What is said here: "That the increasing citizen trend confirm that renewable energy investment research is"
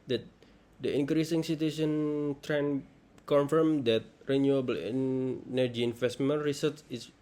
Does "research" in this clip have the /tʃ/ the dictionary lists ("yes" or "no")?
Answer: no